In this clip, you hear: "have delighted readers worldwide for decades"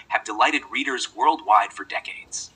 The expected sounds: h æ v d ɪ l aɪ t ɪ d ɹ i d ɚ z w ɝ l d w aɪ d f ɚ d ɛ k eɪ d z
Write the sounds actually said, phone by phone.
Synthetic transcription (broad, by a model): h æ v d ɪ l aɪ t ɪ d ɹ i d ɚ z w ɝ l d w aɪ d f ɚ d ɛ k eɪ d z